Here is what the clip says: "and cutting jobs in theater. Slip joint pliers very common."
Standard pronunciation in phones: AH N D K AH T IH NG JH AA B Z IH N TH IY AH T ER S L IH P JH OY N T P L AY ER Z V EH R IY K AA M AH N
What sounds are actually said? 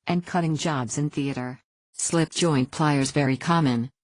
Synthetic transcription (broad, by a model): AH N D K AH T IH NG JH AA B Z IH N TH IY AH T ER S L IH P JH OY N P L AY ER Z V EH R IY K AA M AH N